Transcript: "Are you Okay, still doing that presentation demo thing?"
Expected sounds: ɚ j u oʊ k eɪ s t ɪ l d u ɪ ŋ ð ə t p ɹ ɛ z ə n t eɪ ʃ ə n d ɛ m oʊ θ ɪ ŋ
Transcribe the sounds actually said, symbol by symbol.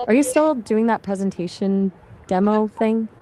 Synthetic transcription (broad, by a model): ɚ j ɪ s t ɪ l d u ɪ ŋ ð ə t p ɹ ɛ z ə n t eɪ ʃ ə n d ɛ m oʊ θ ɪ ŋ